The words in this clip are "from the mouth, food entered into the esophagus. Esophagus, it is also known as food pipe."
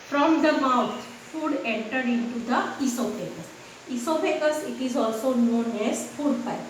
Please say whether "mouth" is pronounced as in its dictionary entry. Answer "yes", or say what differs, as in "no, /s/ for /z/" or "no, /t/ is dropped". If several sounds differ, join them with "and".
no, /t/ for /θ/